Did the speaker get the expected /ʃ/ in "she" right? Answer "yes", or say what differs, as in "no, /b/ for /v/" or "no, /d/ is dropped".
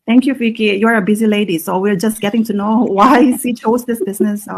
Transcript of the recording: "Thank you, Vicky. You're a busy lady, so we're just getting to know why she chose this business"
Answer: no, /s/ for /ʃ/